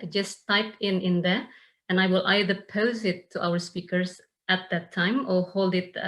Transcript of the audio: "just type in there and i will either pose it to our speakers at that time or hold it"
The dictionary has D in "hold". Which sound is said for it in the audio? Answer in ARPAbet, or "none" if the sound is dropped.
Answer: D